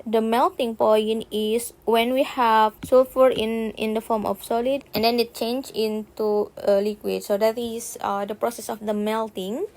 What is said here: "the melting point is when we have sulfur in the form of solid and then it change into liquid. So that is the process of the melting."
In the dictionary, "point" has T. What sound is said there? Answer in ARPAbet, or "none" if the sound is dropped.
none